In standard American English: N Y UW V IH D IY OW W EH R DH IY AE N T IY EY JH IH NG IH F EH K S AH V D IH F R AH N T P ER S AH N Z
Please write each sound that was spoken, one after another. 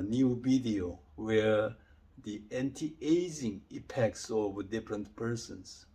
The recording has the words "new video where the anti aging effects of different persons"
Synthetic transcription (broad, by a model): N Y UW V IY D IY OW W EH R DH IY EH N T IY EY Z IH NG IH P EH K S AH V D IH F R AH N T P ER S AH N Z